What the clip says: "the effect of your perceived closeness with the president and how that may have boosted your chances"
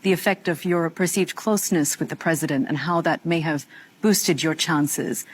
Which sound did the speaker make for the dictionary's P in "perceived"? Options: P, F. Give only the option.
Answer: P